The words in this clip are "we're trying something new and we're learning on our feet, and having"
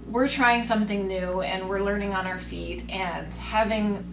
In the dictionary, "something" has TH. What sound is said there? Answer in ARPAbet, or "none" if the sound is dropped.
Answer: TH